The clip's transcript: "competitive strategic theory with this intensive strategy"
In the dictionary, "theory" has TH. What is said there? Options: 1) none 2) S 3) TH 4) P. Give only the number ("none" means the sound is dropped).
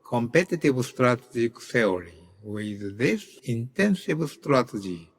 2